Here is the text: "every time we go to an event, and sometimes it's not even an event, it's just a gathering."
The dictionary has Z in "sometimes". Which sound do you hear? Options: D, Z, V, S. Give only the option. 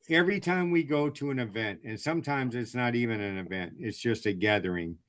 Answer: Z